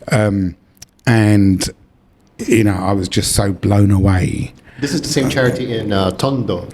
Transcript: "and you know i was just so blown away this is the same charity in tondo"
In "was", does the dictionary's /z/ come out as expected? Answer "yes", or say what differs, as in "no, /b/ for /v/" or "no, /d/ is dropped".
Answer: yes